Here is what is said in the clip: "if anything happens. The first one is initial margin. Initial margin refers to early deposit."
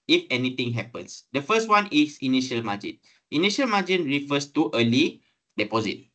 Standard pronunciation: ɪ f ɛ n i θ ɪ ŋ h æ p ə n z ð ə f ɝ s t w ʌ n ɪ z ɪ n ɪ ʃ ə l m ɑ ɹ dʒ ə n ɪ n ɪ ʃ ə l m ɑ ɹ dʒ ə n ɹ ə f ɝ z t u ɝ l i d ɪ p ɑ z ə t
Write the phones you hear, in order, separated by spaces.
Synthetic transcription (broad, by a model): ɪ f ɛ n i t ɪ ŋ h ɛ p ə n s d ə f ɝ s t w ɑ n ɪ s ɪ n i ʃ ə l m ɑ dʒ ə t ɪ n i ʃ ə l m ɑ dʒ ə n ɹ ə f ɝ s t u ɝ l i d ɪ p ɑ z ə t